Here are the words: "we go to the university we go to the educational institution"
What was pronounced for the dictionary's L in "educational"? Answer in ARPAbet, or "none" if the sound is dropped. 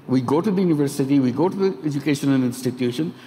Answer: N